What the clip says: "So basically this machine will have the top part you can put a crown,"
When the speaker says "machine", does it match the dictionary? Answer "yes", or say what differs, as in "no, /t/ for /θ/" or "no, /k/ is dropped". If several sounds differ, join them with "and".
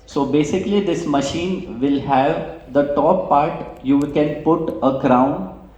yes